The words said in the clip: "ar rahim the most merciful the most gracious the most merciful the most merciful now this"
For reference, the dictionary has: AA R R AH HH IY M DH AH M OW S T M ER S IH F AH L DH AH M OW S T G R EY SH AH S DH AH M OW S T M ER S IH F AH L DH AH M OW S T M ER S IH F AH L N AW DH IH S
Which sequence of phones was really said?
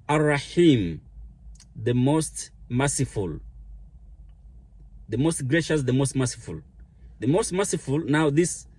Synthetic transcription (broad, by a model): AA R R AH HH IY M DH AH M OW S T M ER S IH F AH L DH AH M OW S T G R EY SH AH S DH AH M OW S T M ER S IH F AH L DH AH M OW S T M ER S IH F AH L N AW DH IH S